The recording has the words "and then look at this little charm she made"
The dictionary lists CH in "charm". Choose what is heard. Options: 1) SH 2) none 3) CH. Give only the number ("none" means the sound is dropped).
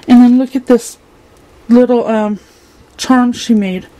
3